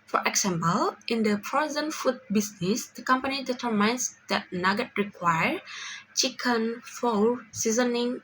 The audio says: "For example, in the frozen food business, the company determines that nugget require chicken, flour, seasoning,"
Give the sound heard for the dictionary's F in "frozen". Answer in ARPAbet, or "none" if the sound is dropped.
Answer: P